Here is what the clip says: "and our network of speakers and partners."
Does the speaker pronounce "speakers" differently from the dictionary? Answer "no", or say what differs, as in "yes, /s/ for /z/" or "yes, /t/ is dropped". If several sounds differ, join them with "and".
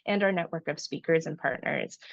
no